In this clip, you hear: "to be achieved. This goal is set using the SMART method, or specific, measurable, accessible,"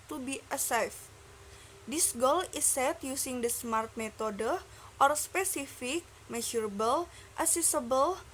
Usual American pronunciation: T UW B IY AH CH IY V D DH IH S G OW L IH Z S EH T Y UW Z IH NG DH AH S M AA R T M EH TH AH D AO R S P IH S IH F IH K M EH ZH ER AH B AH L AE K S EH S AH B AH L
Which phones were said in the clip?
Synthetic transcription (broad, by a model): T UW B IY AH S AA F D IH S G OW L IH S EH T Y UW S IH NG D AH S M AA R T M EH T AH D AO R S P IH S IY F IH K M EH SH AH B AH L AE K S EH S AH B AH L